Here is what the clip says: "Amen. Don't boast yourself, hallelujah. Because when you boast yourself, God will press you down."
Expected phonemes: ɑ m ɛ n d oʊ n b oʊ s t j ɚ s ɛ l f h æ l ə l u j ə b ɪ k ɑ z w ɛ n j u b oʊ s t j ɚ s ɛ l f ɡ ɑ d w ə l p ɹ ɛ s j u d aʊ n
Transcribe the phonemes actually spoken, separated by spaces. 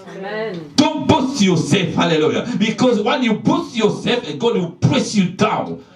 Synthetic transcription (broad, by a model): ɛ d oʊ n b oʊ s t j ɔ s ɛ l f h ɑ l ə l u j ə b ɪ k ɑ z w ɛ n j u b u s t j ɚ s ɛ l f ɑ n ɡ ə n p ɹ ɛ s j u d aʊ n